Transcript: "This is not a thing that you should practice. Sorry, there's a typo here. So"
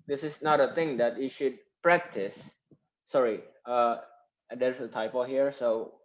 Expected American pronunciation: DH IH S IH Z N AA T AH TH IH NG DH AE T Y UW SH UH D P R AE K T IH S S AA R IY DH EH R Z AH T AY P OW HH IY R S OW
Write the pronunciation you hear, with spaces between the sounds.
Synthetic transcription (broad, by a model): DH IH S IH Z N AA T AH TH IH NG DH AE T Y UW SH UH D P R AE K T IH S S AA R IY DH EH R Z AH T AY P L HH IY R S OW